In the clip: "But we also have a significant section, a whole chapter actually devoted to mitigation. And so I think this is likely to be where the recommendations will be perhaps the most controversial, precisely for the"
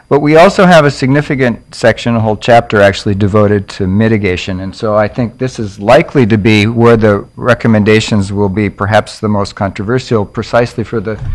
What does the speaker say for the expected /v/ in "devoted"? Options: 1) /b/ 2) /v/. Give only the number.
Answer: 2